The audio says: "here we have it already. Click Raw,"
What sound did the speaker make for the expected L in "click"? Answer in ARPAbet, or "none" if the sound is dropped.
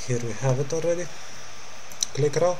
L